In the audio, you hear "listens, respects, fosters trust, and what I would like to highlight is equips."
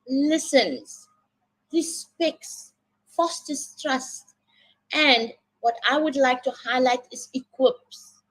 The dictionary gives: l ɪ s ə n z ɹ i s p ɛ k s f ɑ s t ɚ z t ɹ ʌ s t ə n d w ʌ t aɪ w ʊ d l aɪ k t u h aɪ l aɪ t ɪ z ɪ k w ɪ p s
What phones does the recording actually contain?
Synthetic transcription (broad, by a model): l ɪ s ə n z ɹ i s p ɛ k s f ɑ s t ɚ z t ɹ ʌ s t ə n d w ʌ t aɪ w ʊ d l aɪ k t u h aɪ l aɪ t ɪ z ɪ k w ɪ p s